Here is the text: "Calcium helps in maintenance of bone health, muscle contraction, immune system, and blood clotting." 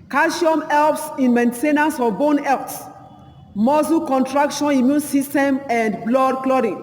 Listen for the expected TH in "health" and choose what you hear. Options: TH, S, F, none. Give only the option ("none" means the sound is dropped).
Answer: S